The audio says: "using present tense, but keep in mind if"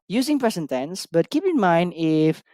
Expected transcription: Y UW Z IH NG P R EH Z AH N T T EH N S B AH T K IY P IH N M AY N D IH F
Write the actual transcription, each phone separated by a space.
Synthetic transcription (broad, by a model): Y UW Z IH NG P R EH S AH N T T EH N S B AH T K IY P IH N M AY N D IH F